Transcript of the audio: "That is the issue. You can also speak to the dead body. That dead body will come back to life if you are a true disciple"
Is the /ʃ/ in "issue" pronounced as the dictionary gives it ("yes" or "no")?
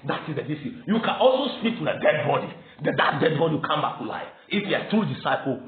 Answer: no